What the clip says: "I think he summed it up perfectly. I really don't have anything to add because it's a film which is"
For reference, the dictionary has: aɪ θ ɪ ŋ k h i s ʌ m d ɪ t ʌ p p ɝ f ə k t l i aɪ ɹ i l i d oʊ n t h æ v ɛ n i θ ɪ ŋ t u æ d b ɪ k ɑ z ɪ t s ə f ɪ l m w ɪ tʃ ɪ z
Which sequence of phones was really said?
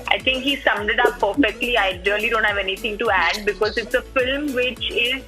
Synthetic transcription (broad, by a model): aɪ t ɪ ŋ k h i s ʌ m d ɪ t ʌ p p ɝ f ə k t l i aɪ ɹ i l i d oʊ n t h æ v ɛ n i t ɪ ŋ t u æ d b ɪ k ɑ z ɪ t s ə f ɪ l m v ɪ tʃ ɪ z